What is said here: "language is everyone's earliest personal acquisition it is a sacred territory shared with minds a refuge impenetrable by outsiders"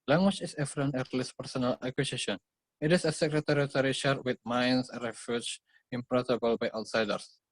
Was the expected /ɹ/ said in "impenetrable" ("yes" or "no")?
no